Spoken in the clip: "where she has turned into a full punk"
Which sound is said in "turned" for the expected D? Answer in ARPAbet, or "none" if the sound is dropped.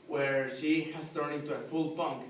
none